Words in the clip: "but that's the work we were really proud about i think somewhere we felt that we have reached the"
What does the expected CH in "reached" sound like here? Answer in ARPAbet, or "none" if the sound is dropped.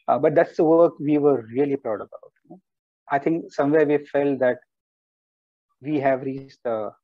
S